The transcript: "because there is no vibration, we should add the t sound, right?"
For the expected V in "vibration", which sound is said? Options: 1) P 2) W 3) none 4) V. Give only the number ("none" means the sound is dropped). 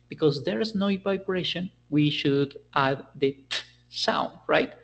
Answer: 1